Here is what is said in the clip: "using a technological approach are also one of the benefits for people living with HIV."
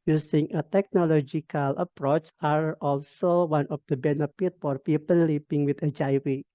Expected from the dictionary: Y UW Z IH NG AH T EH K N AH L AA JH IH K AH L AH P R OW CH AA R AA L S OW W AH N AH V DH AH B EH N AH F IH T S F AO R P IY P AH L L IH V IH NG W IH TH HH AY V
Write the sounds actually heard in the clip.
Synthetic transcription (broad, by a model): Y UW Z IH NG AH T EH K N AH L AA JH IH K AH L AH P R OW CH AA R AA L S OW W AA N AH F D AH B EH N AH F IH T F AO R P IY P AH L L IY P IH NG W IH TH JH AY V